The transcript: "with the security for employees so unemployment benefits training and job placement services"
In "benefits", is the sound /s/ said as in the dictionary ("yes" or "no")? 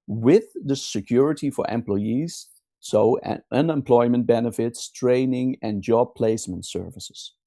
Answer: yes